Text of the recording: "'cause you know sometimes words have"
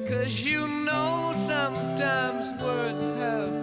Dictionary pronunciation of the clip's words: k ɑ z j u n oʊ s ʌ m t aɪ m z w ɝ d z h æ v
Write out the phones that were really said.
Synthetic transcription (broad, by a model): k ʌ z j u n oʊ s ʌ m t aɪ m z w ɝ d z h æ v